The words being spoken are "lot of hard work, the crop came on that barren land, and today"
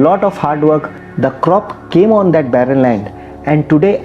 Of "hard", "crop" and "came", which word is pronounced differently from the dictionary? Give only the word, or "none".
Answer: none